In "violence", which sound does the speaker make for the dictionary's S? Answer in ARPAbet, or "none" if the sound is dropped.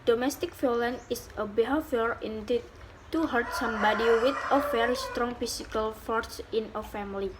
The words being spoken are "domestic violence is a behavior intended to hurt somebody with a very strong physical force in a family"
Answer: none